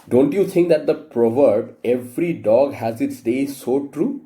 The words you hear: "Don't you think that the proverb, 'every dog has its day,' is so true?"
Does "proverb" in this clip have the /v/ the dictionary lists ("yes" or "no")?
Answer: yes